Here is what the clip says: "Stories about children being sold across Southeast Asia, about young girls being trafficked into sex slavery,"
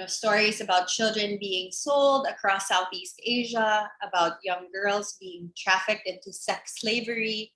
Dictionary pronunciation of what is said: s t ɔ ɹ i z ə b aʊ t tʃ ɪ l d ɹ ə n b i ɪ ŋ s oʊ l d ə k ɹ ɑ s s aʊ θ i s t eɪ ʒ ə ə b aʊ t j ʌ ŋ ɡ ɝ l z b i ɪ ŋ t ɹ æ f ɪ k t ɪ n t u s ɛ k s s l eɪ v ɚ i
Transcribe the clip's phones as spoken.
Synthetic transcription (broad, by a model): s t ɔ ɹ i z ə b aʊ t tʃ ɪ l d ɹ ə n b i ɪ ŋ s oʊ l d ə k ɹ ɑ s s aʊ θ i s t eɪ ʒ ə ə b aʊ t j ʌ ŋ ɡ ɝ l z b i ɪ ŋ t ɹ æ f ɪ k t ɪ n t u s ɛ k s s l eɪ v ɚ i